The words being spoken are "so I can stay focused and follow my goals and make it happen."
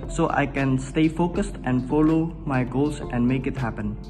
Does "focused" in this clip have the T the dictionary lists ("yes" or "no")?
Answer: yes